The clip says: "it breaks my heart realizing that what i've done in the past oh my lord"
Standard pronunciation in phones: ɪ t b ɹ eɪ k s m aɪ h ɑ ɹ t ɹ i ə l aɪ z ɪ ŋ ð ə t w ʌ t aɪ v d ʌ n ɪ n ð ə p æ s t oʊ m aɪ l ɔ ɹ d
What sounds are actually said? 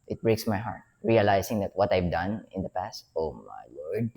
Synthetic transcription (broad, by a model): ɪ t b ɹ eɪ k s m aɪ h ɑ ɹ t ɹ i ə l aɪ s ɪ ŋ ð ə t w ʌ t aɪ v d ʌ n ɪ n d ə p æ s t oʊ m aɪ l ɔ ɹ d